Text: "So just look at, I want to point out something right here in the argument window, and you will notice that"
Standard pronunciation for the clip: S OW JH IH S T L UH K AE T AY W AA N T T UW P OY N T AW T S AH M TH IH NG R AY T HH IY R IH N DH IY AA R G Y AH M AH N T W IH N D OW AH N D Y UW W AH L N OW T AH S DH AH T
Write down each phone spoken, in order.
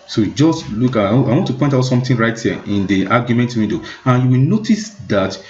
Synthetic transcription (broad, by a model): S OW JH IH S T L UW K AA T AY W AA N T T UW P OY N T AW T S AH M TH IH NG R AY T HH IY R IH N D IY AA G Y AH M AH N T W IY D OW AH N Y UW W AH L N OW T AH S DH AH T